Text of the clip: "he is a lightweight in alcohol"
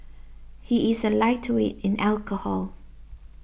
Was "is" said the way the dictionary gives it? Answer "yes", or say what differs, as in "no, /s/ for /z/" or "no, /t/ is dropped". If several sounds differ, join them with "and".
yes